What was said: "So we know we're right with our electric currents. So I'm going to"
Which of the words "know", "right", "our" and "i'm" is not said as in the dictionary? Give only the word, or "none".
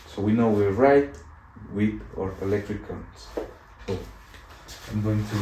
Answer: none